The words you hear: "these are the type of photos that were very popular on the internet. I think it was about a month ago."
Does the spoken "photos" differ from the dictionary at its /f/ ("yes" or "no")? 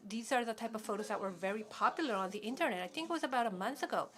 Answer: no